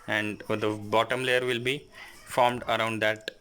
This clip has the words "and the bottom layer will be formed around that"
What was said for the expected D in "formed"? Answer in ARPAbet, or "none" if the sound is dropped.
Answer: D